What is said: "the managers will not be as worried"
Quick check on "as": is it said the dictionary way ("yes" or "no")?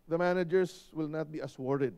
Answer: no